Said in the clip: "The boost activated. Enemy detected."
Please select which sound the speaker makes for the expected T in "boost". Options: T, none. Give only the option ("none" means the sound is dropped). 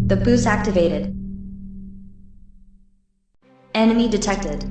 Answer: none